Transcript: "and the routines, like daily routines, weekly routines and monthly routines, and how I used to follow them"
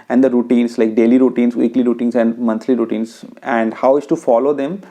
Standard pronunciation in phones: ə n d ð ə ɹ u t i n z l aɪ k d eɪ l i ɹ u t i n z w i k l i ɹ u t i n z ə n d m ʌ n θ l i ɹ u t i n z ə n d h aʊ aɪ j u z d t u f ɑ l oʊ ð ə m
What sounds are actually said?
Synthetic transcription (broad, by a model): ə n d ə ɹ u t i n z l aɪ k d eɪ l i ɹ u t i n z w i k l i ɹ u t i n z ə n d m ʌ n t l i ɹ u t i n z ə n d h aʊ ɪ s t u f ɑ l oʊ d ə m